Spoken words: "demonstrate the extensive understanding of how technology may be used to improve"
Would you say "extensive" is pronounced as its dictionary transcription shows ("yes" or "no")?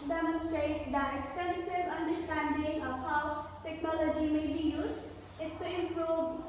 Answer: no